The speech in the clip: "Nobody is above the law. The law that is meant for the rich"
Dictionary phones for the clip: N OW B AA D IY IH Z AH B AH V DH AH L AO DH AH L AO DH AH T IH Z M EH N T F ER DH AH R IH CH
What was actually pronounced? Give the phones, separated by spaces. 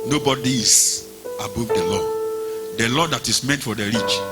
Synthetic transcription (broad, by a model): N OW B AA D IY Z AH B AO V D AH L AO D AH L AO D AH T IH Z M EH N T F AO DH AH R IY CH